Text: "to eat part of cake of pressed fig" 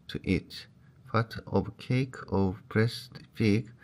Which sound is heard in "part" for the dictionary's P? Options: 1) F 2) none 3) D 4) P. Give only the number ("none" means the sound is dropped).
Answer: 1